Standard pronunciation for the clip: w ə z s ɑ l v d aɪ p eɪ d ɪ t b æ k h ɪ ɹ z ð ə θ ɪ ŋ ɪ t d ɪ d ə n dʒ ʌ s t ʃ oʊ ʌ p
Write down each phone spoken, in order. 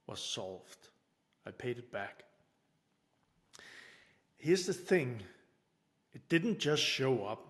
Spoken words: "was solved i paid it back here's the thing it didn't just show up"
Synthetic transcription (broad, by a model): w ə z s ɑ l v d aɪ p eɪ d ɪ t b æ k h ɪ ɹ z ð ə θ ɪ ŋ ɪ t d ɪ d n dʒ ʌ s t ʃ oʊ ʌ p